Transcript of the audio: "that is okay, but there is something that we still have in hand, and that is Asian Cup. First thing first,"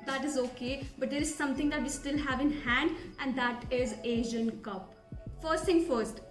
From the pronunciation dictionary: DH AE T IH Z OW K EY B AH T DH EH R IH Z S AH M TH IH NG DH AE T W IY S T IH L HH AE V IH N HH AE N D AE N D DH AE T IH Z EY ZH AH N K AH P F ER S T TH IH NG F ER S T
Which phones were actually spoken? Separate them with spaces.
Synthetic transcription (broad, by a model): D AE T IH Z OW K EY B AH T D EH R IH Z S AH M T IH NG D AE T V IY S T IH L HH AE V IH N HH AE N D AE N D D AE T IH Z EY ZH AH N K AH P F ER S T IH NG F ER S T